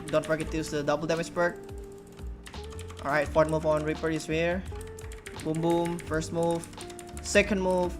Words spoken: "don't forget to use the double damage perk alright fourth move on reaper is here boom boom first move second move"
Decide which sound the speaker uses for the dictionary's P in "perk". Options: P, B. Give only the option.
B